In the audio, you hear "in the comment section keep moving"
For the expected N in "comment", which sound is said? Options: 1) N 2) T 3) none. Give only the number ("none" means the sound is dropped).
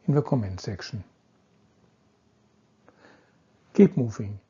1